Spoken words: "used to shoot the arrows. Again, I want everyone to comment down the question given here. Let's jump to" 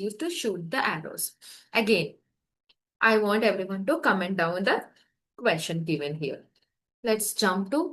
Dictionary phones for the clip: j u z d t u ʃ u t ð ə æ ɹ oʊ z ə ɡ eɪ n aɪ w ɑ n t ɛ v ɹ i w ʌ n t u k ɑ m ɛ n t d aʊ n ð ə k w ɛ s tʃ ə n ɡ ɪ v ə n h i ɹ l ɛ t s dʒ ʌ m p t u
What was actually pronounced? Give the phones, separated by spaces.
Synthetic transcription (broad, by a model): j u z t u ʃ u t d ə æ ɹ oʊ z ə ɡ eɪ n aɪ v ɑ n t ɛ v ɹ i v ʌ n t u k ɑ m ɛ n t d aʊ n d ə k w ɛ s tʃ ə n ɡ ɪ v ə n h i ɹ l ɛ t s dʒ ʌ m p t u